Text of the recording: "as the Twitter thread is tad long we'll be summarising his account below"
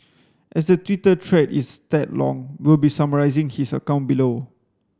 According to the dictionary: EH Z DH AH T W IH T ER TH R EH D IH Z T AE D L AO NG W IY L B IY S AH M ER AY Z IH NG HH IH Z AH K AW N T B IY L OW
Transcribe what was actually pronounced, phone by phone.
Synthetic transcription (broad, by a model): EH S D AH T W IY T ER T R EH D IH S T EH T L AO NG W IY L B IY S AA M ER AY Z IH NG HH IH S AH K AW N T B IY L OW